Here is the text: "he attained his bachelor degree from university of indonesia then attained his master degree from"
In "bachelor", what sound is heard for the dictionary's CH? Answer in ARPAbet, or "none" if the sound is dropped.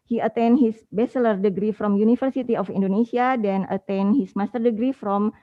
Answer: S